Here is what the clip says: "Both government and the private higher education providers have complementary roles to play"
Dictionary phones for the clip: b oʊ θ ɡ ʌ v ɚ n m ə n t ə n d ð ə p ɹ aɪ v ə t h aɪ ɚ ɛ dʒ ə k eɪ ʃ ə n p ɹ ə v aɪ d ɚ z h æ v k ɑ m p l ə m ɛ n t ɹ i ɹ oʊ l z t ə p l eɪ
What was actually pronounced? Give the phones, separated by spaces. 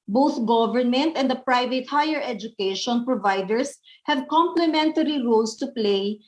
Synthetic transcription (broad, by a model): b oʊ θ ɡ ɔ v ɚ n m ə n t ə n d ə p ɹ aɪ v ə t h aɪ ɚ ɛ dʒ ə k eɪ ʃ ə n p ɹ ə v aɪ d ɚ s h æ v k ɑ m p l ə m ɛ n t ɹ i ɹ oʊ l s t ə p l eɪ